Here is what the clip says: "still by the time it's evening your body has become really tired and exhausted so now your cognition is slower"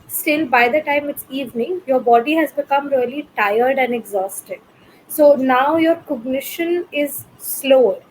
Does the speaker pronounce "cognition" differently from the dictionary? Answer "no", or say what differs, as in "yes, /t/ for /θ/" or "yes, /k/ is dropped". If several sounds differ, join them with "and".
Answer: no